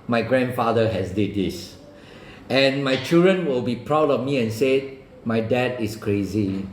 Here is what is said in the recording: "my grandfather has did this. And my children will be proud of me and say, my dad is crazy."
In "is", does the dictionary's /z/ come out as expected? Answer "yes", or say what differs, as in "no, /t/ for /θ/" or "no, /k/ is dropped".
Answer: no, /s/ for /z/